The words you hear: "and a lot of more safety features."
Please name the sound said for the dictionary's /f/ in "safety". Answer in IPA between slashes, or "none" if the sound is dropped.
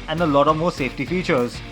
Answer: /f/